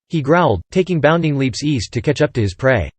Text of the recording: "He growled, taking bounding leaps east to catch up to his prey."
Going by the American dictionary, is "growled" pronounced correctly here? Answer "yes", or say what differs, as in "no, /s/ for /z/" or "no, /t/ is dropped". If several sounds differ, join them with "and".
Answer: yes